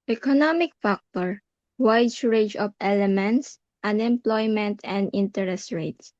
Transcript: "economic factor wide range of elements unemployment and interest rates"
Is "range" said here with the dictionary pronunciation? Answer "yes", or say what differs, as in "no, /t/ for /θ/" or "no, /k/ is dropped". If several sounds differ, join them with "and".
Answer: no, /n/ is dropped